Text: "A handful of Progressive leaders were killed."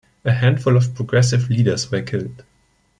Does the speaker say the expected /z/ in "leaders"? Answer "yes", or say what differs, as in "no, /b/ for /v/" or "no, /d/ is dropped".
no, /s/ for /z/